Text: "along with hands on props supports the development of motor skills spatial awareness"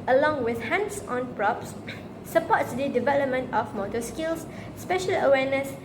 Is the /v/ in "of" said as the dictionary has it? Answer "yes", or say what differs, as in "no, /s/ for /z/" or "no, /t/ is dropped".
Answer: no, /f/ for /v/